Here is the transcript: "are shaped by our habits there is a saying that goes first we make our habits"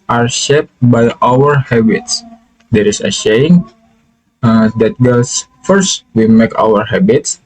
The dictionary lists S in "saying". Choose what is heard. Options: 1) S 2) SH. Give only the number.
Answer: 2